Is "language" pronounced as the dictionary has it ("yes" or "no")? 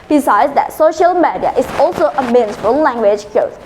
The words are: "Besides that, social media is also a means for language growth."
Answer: yes